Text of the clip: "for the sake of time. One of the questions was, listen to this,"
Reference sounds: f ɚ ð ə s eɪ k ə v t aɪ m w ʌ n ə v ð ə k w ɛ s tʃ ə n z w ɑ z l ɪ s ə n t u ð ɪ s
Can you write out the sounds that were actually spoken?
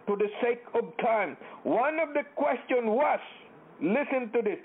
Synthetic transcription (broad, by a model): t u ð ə s eɪ k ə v t aɪ m w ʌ n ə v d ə k w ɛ s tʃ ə n w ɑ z l ɪ s ə n t u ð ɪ s